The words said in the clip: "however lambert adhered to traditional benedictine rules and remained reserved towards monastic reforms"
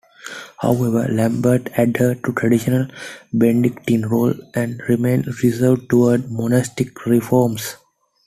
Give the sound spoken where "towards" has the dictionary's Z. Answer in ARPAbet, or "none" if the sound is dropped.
none